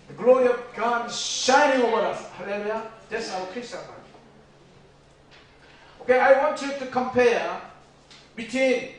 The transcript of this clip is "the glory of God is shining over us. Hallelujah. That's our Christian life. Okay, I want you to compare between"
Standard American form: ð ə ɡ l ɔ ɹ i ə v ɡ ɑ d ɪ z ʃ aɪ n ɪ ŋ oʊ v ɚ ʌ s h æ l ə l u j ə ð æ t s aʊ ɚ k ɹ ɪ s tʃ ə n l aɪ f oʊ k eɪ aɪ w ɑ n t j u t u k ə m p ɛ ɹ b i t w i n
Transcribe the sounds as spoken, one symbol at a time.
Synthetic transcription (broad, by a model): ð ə ɡ l ɔ ɹ i ə v ɡ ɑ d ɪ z ʃ aɪ n ɪ ŋ oʊ v ɚ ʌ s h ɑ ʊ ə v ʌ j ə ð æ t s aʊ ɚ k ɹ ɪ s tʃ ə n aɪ oʊ k eɪ aɪ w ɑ n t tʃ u t u k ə m p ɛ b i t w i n